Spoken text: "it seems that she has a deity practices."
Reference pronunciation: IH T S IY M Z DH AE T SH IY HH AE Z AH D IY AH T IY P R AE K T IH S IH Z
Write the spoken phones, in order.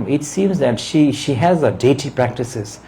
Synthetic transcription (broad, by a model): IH T S IY M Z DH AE T SH IY HH AE Z AH D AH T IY P R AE K T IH S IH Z